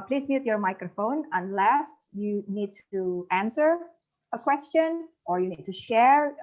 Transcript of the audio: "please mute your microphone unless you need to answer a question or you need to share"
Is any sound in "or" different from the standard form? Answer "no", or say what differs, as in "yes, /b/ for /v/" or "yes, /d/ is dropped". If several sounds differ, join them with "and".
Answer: no